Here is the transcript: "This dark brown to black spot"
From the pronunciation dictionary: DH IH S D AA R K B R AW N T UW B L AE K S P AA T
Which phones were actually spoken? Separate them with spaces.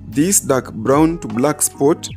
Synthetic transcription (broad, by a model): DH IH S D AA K B R AW N T UW B L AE K S P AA T